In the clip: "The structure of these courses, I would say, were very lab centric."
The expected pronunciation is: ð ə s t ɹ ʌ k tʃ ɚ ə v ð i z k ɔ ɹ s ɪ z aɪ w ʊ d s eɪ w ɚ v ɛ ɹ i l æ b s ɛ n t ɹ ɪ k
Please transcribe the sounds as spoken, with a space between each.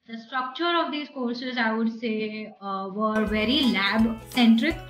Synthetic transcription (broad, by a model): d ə s t ɹ ʌ k tʃ ɚ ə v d i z k ɔ ɹ s ɪ z aɪ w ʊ d s eɪ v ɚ v ɛ ɹ i l æ b s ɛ n t ɹ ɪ k